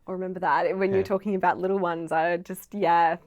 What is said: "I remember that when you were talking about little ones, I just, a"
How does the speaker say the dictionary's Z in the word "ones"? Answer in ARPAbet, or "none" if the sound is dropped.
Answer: Z